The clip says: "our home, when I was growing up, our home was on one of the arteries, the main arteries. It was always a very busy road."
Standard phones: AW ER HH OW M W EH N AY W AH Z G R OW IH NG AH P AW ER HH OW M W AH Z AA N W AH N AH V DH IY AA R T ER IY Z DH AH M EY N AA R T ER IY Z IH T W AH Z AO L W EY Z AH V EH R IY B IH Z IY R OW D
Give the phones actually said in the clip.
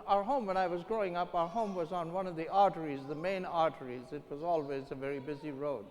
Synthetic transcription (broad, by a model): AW ER HH OW M W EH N AY W AH Z G R OW IH NG AH P AW ER HH OW M W AH Z N W AH N AH V DH IY AA R T ER IY Z DH AH M EY N AA R T ER IY Z IH T W AH Z AO L W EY Z AH V EH R IY B IH Z IY R OW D